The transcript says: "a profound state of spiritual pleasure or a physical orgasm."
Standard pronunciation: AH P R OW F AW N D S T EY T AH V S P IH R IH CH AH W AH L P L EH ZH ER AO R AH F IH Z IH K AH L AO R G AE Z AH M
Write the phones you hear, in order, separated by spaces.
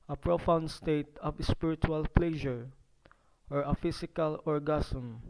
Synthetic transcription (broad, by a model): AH P R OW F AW N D S T EY T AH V S P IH R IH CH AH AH L P L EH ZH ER AO R AH F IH S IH K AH L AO R G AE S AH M